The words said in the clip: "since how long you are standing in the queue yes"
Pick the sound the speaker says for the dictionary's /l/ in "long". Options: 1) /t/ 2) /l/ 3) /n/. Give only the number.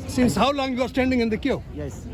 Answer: 2